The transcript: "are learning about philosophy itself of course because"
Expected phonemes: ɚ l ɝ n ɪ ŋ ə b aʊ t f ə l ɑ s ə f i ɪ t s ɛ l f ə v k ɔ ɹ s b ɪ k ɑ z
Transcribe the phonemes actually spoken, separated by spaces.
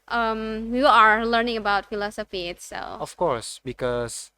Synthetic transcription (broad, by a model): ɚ l ɝ n ɪ ŋ ə b aʊ t f ə l ɑ s ə f i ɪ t s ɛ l ə f k ɔ ɹ s b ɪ k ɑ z